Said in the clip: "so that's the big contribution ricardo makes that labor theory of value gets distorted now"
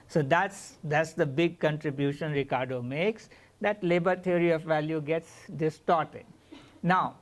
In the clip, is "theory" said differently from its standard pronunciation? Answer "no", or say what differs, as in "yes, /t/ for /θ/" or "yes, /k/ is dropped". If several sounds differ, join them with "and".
yes, /t/ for /θ/